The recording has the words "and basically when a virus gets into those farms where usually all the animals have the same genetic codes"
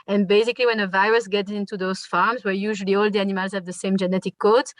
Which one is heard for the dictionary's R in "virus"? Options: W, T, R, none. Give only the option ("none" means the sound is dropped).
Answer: R